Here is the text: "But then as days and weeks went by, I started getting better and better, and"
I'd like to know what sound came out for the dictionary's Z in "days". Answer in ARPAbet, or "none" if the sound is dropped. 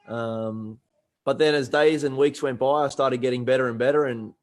Z